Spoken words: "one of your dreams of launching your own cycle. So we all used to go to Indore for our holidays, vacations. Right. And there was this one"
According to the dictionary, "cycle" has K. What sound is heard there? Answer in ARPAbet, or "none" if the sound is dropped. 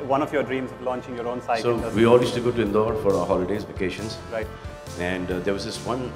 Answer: none